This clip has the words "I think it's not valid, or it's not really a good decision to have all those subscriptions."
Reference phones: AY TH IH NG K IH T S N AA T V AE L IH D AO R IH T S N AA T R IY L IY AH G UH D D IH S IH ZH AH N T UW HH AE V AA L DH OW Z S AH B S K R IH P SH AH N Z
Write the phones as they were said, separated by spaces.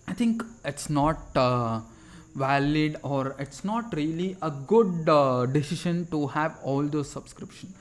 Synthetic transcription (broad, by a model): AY T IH NG K IH T S N AA T V AE L IH D AO R IH T S N AA T R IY L IY AH G UH D D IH S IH SH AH N T UW HH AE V AA L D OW S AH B S K R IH P SH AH N